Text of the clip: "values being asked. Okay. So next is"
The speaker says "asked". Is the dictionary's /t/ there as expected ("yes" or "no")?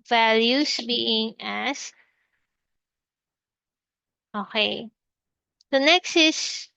no